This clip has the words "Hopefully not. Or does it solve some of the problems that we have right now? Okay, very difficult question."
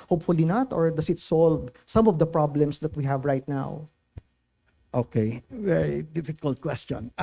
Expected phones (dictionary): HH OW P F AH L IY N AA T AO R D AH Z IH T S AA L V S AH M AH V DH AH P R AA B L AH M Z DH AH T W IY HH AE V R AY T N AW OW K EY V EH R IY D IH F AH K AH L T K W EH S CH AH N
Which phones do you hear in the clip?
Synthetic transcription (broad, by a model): HH OW P F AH L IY N AA T AO R D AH S IH T S AA L V S AH M AH V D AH P R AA B L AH M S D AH T W IY HH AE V R AY T N AW OW K EY V EH R IY D IH F AH K AH L T K W EH S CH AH N